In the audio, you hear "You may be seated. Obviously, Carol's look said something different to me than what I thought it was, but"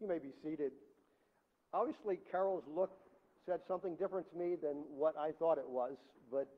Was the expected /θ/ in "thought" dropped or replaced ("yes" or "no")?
no